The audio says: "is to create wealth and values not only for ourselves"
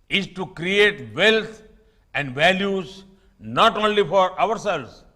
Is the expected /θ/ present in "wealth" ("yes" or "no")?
no